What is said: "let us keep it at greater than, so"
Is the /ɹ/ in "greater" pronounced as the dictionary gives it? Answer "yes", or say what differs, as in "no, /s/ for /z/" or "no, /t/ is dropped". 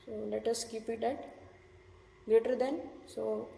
no, /ɹ/ is dropped